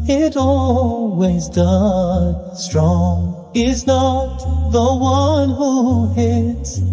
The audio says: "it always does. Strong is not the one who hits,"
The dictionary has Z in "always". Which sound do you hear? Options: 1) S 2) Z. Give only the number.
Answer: 2